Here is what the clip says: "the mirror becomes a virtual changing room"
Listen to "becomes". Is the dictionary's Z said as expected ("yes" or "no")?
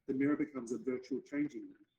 yes